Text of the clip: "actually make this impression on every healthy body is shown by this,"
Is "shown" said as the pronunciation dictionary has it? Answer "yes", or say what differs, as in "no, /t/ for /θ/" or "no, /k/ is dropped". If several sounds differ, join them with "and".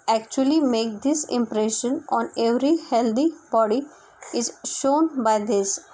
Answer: yes